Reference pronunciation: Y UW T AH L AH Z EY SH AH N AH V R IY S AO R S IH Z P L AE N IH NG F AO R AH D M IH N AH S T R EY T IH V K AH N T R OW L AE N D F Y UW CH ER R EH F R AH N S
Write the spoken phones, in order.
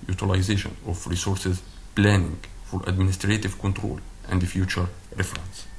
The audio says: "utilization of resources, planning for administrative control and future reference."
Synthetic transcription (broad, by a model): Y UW T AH L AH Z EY SH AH N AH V R IY S AO R S IH Z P L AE N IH NG F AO R AH D M IH N AH S T R EY T IH V K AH N T R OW L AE N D F Y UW CH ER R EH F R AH N S